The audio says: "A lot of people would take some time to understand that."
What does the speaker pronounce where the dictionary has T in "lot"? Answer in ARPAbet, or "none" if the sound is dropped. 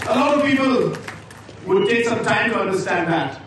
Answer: none